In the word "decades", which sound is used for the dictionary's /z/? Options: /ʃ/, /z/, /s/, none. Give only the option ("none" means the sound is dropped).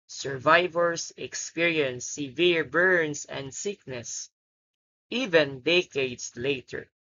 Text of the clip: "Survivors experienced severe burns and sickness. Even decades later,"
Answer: /s/